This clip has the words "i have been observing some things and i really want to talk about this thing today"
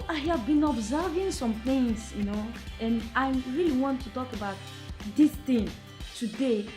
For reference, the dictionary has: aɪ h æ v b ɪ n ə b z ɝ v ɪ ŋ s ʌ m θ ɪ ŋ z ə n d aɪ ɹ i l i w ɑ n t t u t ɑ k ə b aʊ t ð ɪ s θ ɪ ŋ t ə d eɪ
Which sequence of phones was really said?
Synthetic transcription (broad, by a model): aɪ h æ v b ɪ n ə b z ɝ v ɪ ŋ s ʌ m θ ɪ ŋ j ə n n aɪ ɹ i l i w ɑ n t t u t ɑ k ə b aʊ t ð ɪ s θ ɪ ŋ t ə d eɪ